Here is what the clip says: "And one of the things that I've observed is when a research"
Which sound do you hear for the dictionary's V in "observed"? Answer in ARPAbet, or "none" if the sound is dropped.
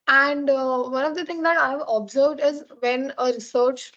V